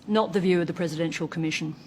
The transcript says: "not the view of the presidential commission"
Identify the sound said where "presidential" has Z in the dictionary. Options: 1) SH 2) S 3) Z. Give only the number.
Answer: 3